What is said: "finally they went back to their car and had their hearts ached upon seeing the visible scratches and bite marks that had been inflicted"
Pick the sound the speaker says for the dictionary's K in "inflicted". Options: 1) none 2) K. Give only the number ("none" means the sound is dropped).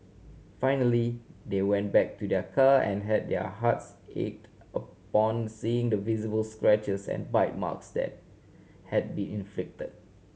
2